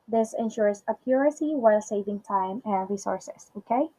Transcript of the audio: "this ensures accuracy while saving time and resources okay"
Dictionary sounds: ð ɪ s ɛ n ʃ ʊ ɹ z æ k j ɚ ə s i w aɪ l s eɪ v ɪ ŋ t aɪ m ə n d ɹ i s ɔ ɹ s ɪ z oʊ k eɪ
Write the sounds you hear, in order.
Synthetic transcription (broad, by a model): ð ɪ s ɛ n ʃ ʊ ɹ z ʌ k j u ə s i w aɪ l s eɪ v ɪ ŋ t aɪ m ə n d ɹ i s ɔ ɹ s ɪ s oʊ k eɪ